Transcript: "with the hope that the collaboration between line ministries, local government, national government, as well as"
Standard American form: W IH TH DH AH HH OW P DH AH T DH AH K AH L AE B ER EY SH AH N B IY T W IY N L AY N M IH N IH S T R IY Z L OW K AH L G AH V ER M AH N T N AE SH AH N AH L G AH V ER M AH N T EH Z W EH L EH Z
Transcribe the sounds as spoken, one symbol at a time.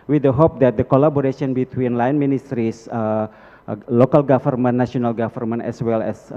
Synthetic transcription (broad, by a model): W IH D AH HH OW P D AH T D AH K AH L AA B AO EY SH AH N B IY T W IY N L AY N M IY N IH S T R IY S L OW K AH L G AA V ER M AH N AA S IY AH N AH L G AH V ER M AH N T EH S W EH L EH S